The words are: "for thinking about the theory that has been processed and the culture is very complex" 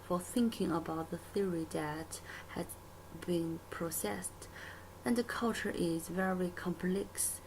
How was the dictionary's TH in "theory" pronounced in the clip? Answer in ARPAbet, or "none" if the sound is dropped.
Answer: TH